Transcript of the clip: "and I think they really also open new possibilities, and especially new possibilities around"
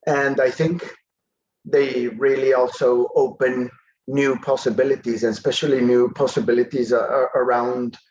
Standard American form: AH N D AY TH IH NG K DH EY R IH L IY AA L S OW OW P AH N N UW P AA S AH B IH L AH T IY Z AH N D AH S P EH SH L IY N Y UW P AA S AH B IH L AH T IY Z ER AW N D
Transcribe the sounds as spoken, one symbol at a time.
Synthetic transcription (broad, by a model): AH N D AY TH IH NG K DH EY R IH L IY AA L S OW OW P AH N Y UW P AA S AH B IH L AH T IY Z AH N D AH S P EH SH L IY N Y UW P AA S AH B IH L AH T IY Z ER AW N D